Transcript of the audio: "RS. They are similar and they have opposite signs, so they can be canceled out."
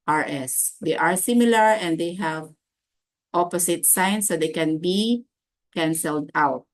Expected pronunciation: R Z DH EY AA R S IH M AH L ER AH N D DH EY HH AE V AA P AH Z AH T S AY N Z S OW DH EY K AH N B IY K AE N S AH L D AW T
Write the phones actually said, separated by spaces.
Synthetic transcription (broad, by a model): R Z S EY AA R S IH M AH L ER AH N D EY HH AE V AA P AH S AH T S AY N S OW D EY K AH N B IY K AE N S AH L D AW T